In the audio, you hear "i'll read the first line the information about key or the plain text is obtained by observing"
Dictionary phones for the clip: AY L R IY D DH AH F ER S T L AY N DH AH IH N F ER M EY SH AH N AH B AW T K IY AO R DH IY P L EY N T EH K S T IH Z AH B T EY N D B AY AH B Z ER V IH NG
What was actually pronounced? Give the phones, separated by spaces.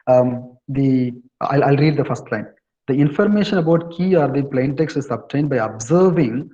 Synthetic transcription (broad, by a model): AY L R IY D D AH F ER S T L AY N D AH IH N F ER M EY SH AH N AH B AW T K IY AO R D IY P L EY N T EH K S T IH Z AH B T EY N D B AY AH B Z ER V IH NG